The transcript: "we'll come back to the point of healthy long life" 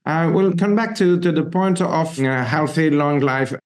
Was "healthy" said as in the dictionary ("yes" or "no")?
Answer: yes